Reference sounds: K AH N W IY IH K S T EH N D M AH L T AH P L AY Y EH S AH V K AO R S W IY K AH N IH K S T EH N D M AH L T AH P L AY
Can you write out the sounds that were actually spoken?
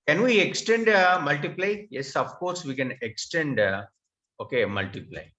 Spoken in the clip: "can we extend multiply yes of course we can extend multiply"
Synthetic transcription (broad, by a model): K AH N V IY IH K S T EH N D M AH L T AH P L AY Y EH S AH F K AO R S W IY K AH N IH K S T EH N D M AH L T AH P L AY